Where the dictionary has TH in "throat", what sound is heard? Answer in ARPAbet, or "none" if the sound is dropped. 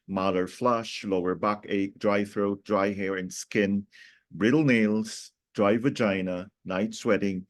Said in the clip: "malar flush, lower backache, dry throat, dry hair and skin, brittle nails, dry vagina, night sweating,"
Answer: TH